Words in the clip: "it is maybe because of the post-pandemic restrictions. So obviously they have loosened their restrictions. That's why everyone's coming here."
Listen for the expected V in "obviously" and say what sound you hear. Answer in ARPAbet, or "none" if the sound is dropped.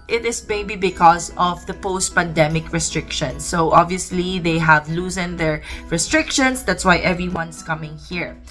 V